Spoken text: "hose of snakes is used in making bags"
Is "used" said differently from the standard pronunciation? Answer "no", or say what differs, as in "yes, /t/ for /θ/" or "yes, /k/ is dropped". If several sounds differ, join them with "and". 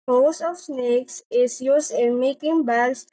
yes, /s/ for /z/